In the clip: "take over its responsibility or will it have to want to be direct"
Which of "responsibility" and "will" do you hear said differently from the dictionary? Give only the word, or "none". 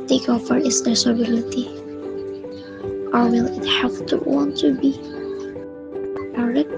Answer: responsibility